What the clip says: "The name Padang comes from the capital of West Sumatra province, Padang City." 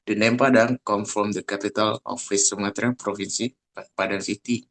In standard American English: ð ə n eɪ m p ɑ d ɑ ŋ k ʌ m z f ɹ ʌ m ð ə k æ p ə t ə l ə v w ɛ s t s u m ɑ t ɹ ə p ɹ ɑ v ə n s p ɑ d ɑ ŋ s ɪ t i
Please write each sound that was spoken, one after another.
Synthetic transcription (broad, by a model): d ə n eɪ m p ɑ d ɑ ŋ k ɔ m f ɹ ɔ m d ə k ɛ p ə t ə l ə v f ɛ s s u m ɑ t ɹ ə p ɹ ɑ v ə n s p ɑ d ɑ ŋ s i t i